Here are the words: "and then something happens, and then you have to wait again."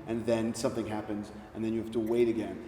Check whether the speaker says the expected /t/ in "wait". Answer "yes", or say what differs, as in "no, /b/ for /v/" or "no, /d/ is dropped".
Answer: yes